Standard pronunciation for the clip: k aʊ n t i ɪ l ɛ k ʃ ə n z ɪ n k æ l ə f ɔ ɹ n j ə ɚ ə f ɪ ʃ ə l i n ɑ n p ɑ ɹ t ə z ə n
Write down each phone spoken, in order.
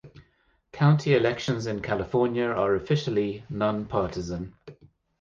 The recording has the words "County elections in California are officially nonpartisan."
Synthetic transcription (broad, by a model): k aʊ n t i ɪ l ɛ k ʃ ə n z ɪ n k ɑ l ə f ɔ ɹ n j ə ɚ ə f ɪ ʃ ə l i n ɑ n p ɑ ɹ t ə z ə n